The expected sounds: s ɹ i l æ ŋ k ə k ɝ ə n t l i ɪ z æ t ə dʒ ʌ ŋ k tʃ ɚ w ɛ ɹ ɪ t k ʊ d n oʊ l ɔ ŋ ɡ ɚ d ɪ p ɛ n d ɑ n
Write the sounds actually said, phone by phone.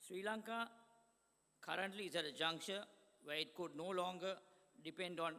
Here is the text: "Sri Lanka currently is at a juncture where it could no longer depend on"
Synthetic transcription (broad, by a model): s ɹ i l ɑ ŋ k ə k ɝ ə n t l i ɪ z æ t ə dʒ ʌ ŋ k ʃ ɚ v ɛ ɪ t k ʊ d n oʊ l ɔ ŋ ɡ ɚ d ɪ p ɛ n d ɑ n